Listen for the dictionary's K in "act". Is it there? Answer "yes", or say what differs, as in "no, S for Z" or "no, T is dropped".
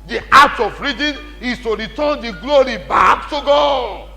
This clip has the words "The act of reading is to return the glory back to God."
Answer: no, K is dropped